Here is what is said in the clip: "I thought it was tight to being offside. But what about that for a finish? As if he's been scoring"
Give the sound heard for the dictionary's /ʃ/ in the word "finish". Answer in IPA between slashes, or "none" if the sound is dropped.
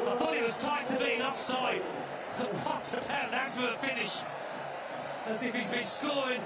/ʃ/